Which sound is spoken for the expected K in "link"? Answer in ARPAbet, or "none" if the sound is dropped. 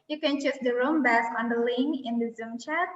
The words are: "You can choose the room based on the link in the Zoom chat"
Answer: none